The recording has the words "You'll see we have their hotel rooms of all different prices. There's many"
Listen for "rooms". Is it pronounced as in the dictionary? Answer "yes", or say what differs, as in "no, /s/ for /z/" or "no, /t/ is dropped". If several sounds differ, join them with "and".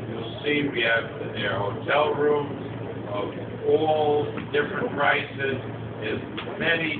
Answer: yes